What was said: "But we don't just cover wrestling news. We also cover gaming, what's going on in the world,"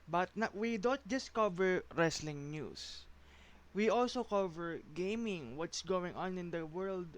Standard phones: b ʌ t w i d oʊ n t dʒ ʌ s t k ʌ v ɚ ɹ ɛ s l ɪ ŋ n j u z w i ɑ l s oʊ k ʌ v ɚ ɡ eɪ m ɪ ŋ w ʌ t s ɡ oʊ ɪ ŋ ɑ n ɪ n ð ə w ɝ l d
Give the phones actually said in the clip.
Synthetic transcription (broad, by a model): b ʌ t w i d oʊ n t dʒ ʌ s t k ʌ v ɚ ɹ ɛ s l ɪ ŋ n j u s w i ɑ l s oʊ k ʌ v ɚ ɡ eɪ m ɪ ŋ w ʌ t s ɡ oʊ ɪ ŋ ɑ n ɪ n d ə w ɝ l d